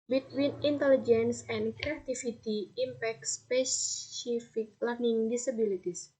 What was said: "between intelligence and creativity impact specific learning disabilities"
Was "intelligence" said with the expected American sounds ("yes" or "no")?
yes